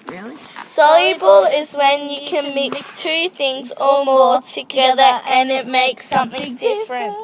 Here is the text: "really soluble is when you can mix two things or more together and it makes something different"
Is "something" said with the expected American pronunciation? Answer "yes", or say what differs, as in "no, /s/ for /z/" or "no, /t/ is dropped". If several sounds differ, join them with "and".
yes